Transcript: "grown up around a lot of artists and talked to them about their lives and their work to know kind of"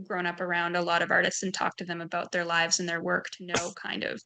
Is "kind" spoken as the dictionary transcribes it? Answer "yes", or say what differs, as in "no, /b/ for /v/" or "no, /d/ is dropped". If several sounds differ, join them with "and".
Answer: yes